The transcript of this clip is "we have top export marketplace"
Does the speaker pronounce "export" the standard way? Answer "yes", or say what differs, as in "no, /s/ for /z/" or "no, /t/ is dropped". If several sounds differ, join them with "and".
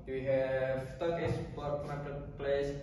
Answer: no, /k/ is dropped